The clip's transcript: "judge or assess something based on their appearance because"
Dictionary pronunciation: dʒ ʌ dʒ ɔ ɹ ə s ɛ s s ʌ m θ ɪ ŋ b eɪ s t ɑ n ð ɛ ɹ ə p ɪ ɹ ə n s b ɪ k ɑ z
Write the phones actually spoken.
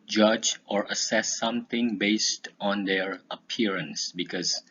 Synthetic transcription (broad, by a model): dʒ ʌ dʒ ɔ ɹ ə s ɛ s s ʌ m t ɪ ŋ b eɪ s t ɑ n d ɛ ɹ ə p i ɹ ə n s b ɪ k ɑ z